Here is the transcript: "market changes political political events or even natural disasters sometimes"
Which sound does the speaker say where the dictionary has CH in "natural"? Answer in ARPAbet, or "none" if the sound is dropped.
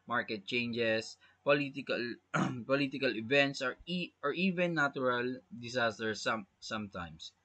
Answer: none